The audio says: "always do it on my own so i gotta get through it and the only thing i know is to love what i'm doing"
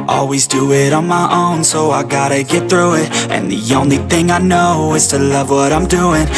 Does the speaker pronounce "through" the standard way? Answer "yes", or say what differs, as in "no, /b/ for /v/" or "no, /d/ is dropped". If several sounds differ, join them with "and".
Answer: yes